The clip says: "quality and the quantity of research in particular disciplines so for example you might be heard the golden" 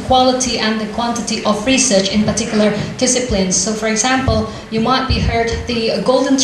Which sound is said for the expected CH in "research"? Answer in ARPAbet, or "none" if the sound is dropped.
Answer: CH